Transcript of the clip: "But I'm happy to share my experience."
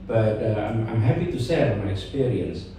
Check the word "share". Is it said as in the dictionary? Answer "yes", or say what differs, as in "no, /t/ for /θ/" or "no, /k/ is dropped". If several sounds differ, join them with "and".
no, /s/ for /ʃ/